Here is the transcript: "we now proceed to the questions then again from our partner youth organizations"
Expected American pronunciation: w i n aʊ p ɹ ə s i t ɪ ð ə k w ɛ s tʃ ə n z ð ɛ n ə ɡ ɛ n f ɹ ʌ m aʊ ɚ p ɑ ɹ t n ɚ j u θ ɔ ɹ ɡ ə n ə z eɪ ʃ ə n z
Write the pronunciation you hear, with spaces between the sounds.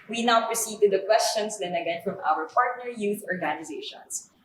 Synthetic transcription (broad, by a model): w i n aʊ p ɹ ə s i t ɪ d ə k w ɛ s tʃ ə n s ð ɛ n ə ɡ ɛ n f ɹ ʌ m aʊ ɚ p ɑ ɹ t n ɚ j u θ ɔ ɹ ɡ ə n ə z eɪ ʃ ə n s